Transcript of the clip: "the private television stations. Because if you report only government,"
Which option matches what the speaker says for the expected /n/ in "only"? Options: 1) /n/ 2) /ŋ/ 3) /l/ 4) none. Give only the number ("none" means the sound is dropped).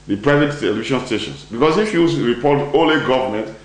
4